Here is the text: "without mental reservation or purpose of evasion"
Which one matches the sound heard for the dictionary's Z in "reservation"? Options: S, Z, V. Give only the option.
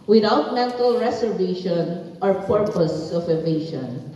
S